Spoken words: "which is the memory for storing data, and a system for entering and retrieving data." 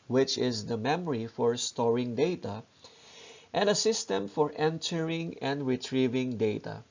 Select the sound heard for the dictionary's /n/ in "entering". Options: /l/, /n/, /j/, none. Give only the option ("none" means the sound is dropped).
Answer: /n/